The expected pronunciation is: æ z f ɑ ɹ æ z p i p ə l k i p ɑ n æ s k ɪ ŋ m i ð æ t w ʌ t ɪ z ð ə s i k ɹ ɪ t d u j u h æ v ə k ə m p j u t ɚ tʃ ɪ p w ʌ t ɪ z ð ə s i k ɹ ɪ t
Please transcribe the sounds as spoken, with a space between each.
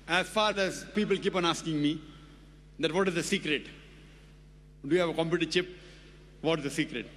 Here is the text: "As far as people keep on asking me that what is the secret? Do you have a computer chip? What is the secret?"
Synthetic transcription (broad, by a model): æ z f ɑ ɹ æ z p i p ə l k i p ɑ n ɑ s k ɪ ŋ m i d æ t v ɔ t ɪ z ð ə s i k ɹ ɪ t d u j u h æ v ə k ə m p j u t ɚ tʃ ɪ p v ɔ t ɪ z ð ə s i k ɹ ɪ t